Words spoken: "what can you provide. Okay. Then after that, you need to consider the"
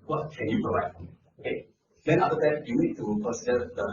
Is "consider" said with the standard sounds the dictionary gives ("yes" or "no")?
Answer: no